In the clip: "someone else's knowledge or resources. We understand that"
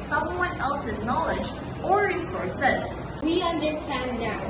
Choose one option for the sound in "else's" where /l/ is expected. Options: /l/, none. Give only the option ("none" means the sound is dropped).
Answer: /l/